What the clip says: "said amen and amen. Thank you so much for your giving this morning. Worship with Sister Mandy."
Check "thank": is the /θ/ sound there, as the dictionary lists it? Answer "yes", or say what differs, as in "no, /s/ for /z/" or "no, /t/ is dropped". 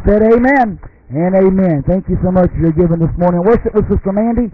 yes